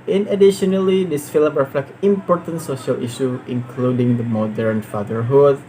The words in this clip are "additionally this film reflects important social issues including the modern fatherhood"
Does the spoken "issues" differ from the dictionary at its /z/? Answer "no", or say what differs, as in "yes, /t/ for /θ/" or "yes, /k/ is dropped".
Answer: yes, /z/ is dropped